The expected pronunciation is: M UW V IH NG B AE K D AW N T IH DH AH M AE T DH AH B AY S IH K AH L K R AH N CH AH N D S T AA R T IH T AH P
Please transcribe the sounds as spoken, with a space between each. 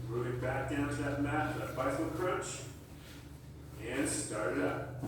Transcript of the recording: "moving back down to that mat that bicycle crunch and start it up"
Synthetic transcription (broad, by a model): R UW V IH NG B AE K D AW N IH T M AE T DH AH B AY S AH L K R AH CH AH N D S T AA R T IH T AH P